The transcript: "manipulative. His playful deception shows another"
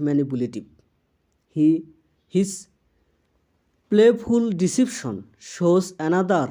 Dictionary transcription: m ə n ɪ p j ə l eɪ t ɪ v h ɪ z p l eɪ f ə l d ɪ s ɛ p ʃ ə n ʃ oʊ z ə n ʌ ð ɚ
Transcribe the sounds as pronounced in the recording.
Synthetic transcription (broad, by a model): m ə n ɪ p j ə l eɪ t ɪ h h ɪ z p l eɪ p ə l d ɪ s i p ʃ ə n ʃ oʊ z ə n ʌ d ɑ